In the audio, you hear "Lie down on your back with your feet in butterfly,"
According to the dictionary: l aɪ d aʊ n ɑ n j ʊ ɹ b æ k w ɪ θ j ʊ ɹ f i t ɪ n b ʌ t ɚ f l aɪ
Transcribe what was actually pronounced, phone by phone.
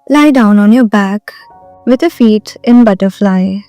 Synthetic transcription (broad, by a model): l aɪ d aʊ n ɑ n j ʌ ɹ b æ k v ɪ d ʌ f i t ɪ n b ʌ t ɚ f l aɪ